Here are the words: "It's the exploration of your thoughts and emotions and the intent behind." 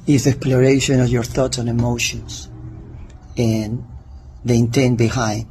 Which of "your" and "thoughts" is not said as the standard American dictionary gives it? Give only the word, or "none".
none